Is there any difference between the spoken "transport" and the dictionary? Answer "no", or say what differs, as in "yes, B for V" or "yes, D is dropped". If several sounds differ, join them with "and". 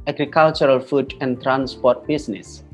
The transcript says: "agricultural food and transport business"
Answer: no